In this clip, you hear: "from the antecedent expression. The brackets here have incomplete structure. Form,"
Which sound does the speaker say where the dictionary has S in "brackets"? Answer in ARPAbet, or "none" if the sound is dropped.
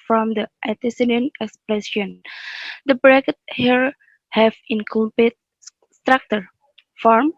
none